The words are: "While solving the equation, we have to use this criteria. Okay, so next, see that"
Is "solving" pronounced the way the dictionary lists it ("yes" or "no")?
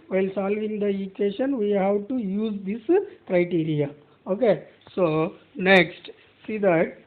yes